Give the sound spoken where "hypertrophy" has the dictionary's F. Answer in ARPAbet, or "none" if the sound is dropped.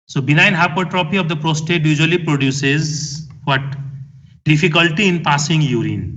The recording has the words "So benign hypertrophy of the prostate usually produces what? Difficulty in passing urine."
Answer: P